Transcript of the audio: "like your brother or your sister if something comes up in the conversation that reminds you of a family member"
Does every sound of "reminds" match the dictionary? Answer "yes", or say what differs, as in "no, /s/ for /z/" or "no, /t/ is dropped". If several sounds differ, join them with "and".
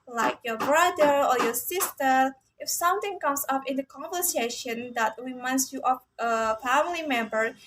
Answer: no, /w/ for /ɹ/